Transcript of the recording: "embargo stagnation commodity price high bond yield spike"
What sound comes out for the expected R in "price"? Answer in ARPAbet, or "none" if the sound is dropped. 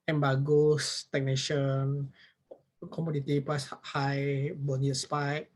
L